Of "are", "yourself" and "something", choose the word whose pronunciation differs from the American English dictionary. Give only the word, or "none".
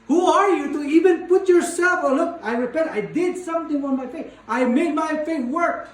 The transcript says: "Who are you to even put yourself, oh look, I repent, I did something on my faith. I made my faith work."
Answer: something